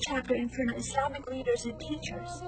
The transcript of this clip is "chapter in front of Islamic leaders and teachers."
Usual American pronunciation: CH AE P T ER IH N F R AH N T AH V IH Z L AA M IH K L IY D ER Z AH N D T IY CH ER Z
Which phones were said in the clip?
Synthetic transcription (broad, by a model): CH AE P T ER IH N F AH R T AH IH S L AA M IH K L IY D ER Z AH N T IY CH ER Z